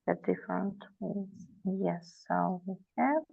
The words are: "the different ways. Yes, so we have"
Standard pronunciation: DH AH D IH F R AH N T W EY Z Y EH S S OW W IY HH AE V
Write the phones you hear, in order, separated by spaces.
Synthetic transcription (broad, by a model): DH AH D IH F R AH N T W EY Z Y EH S S OW W IY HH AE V